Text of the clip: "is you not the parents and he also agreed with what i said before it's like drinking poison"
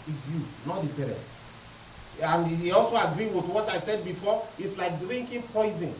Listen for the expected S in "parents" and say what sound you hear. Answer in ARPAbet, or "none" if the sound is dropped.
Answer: none